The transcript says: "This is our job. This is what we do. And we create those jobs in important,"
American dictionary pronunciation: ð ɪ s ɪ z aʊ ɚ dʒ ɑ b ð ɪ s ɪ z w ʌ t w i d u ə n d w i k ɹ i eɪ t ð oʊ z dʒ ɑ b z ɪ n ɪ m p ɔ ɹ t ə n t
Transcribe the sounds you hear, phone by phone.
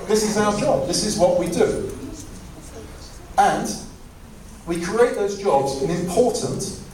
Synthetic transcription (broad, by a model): ð ɪ s ɪ z aʊ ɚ dʒ ɑ b ð ɪ s ɪ z w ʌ t w i d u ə n w i k ɹ i eɪ t ð oʊ z dʒ ɑ b z ɪ n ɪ m p ɔ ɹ t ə n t